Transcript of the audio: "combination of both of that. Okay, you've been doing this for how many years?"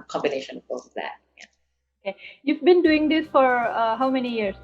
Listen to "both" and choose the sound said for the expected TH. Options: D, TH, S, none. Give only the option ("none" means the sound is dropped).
S